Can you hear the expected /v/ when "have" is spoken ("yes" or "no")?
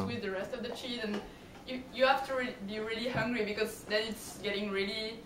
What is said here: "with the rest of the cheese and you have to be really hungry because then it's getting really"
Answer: no